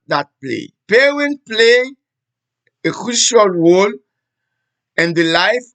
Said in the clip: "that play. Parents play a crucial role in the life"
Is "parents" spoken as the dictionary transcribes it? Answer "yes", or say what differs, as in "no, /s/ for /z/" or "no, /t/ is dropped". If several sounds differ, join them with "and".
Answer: no, /w/ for /ɹ/